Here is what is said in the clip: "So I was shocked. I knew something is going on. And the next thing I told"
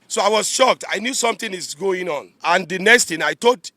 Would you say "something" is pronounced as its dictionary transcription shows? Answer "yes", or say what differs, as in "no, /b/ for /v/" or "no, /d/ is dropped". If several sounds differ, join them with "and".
no, /t/ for /θ/